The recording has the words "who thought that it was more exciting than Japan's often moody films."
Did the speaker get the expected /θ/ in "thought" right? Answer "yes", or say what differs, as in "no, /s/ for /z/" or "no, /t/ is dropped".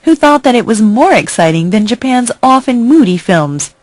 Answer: yes